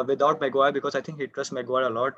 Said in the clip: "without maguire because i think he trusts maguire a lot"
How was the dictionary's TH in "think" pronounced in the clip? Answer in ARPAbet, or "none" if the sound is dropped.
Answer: T